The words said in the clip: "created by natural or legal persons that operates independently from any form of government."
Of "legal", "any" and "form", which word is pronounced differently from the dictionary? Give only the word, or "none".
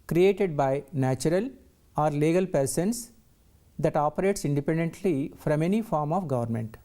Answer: none